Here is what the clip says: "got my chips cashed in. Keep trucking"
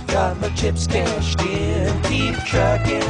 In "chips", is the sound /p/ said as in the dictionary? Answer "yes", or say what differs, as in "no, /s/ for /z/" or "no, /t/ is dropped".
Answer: yes